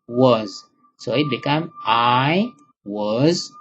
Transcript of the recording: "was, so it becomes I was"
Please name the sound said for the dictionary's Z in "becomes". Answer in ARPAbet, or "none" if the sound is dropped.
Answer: none